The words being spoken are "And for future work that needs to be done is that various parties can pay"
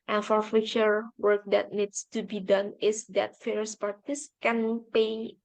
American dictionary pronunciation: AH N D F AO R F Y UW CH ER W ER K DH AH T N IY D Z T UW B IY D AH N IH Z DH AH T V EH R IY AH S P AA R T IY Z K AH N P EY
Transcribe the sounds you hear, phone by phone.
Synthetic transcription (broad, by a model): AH N F AO R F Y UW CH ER W ER K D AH T N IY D S T UW B IY D AH N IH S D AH T F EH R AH S P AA R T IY S K AH N P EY